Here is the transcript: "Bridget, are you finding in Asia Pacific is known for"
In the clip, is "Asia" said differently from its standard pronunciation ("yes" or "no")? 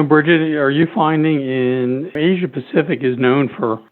no